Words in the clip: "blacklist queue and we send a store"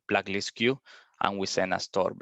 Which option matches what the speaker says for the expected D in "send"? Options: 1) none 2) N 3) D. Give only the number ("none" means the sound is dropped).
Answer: 1